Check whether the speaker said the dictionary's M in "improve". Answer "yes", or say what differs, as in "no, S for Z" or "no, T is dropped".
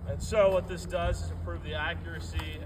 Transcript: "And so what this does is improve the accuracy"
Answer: no, M is dropped